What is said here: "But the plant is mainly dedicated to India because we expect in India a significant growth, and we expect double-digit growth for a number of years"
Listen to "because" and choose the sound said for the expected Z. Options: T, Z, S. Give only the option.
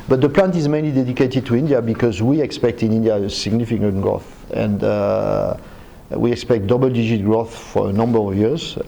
Z